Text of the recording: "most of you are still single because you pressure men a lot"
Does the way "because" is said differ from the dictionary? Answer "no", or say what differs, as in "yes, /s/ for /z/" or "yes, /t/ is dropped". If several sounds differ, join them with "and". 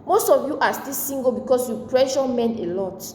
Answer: yes, /s/ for /z/